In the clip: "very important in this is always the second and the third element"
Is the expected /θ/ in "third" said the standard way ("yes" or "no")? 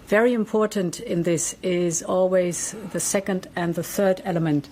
yes